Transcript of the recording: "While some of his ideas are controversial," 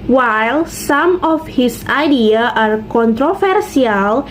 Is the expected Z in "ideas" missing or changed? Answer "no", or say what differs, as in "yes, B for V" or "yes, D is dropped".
yes, Z is dropped